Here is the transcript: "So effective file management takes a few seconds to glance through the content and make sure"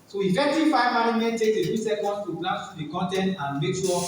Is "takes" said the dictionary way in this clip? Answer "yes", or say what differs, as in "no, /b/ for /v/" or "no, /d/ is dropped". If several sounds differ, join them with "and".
no, /s/ is dropped